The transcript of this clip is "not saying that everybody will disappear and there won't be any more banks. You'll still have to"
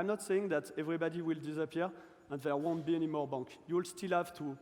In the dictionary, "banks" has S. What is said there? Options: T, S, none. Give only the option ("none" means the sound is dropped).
none